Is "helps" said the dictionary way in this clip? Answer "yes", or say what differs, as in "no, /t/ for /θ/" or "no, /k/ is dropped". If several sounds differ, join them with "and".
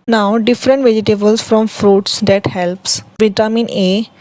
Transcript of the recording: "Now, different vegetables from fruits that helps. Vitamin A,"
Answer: yes